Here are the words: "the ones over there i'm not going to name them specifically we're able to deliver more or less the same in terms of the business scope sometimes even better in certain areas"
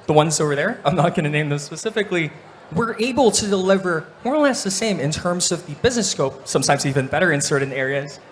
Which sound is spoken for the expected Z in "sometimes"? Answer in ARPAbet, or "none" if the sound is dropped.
Z